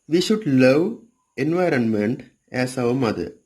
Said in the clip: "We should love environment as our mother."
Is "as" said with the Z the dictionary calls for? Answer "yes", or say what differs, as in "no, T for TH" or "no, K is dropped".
no, S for Z